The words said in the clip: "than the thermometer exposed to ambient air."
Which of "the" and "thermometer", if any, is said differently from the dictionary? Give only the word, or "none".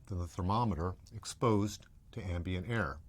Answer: none